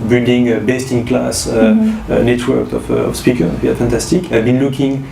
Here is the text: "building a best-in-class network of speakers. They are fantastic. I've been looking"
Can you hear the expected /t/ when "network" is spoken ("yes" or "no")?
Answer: yes